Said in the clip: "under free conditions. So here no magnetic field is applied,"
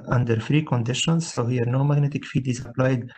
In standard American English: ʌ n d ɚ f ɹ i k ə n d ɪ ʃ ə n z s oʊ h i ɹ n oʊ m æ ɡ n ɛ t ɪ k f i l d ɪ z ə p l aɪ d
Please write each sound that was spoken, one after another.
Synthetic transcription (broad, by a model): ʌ n d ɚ f ɹ i k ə n d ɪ ʃ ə n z s oʊ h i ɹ n oʊ m æ ɡ n ɛ t ɪ k f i d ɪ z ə p l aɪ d